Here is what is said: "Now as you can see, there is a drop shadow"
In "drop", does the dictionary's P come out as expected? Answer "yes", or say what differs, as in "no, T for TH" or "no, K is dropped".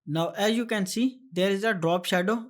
yes